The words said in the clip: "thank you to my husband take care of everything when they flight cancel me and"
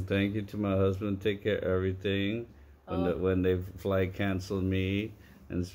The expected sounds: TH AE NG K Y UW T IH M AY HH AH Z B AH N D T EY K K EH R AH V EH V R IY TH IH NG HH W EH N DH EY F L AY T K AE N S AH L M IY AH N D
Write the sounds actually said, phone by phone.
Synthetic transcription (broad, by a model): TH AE NG K Y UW T IH M AY HH AH Z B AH N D T EY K K EH R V EH V R IY TH IH NG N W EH N DH EY F L AY K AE N S L M IY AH N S